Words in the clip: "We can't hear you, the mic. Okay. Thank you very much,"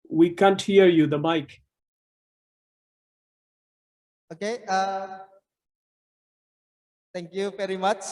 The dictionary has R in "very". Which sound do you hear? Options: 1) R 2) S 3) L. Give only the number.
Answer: 1